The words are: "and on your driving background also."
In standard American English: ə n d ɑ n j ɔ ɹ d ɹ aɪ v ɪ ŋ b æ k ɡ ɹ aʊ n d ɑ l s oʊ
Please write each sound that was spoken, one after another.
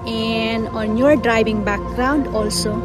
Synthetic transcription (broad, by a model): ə n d ɑ n j ɔ ɹ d ɹ aɪ b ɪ ŋ b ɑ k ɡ ɹ aʊ n d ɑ l s oʊ